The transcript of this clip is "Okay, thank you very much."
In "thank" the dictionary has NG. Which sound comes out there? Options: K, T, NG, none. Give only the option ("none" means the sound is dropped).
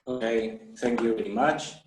NG